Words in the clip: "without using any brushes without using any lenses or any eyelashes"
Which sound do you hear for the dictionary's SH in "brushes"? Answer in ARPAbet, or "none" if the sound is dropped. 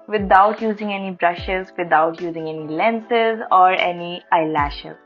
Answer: SH